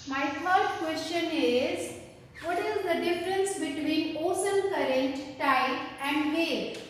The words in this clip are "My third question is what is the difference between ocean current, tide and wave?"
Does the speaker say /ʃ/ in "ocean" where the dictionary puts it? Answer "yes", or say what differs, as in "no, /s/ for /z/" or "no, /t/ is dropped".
no, /s/ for /ʃ/